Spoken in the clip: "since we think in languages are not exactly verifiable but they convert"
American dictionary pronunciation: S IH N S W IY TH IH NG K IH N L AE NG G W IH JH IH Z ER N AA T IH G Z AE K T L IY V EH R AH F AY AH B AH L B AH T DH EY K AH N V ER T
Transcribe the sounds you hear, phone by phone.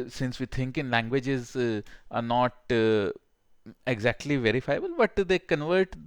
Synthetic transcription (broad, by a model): S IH N S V IY T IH NG K IH N L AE NG G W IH JH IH Z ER N AA T IH G Z AE K T L IY V EH R AH F AY AH B AH L B AH T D EY K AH N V ER T